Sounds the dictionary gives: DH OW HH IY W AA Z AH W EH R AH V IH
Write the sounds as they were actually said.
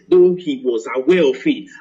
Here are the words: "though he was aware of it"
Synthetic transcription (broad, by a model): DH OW HH IY W AA Z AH W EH L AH F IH